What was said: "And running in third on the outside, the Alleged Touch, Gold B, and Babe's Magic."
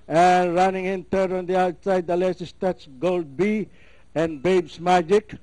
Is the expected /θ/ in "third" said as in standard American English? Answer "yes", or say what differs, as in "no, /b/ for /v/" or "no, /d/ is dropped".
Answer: no, /t/ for /θ/